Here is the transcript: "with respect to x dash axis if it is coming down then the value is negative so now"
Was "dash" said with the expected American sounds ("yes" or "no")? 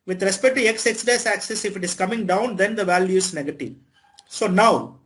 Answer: no